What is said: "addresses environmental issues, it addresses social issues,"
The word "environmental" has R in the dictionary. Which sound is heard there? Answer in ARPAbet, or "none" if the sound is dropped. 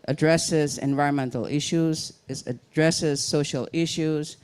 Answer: R